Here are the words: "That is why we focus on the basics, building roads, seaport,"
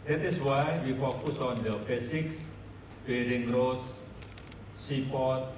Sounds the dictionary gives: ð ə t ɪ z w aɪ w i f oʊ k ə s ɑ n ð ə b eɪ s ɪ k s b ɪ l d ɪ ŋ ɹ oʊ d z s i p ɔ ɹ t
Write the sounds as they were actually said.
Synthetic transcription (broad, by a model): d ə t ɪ s w aɪ w i f oʊ k ə s ɑ n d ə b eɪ s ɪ k s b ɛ d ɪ ŋ ɹ oʊ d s s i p ɔ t